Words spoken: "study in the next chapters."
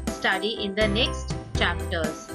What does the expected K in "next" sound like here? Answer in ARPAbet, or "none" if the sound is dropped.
K